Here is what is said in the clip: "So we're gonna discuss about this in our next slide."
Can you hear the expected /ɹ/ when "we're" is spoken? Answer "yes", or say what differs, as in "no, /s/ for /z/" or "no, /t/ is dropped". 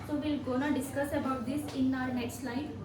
no, /l/ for /ɹ/